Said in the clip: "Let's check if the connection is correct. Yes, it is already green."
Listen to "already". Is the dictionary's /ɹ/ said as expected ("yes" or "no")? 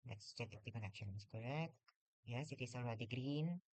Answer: no